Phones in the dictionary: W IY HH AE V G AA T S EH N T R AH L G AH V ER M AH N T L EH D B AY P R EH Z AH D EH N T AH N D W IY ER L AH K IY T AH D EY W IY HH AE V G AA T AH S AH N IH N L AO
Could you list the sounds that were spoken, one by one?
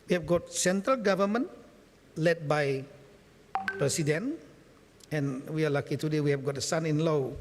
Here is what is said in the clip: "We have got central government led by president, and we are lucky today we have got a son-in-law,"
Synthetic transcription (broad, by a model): W IY HH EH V G AA T S EH N T R AH L G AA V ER M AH N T L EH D B AY P R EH S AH D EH N AH N W IY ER L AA K IY T AH D EY W IY HH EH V G AA T AH S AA N IH N L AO